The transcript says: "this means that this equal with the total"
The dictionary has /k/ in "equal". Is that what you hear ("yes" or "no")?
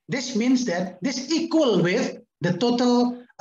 yes